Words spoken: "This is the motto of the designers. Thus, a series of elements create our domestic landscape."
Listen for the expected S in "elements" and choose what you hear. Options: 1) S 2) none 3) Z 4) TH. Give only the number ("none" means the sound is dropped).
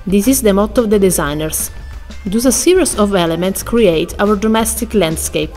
1